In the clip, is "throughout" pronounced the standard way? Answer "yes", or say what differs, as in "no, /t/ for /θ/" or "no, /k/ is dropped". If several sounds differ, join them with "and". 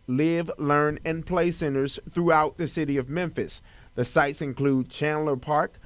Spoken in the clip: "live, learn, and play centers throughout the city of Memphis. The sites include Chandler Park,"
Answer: yes